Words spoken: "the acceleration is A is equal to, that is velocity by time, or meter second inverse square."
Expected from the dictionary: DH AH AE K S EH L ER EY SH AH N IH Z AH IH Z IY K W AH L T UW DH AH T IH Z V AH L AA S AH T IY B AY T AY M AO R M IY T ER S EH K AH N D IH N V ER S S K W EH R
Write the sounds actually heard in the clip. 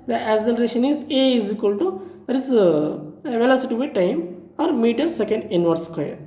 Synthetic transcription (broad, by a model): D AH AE S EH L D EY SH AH N IH Z AH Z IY K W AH L T UW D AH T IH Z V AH L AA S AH T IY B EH T AY M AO R M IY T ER S EH K AH N D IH N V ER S S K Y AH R